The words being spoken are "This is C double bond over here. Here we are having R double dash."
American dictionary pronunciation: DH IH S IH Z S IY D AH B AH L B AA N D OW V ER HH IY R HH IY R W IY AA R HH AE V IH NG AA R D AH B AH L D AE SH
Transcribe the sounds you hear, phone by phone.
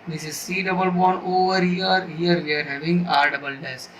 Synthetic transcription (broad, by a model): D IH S IH Z S IY D AH B AH L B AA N OW V ER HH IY R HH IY R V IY AA R HH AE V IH NG AA R D AH B AH L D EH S